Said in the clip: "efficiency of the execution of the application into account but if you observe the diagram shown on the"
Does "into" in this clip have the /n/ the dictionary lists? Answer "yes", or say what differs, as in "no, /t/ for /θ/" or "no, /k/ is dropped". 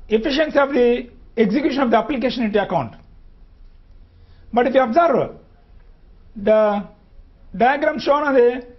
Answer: no, /n/ is dropped